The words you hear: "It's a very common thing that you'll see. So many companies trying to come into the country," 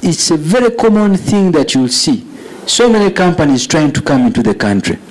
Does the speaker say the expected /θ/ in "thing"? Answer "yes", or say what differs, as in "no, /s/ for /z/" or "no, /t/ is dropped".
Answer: yes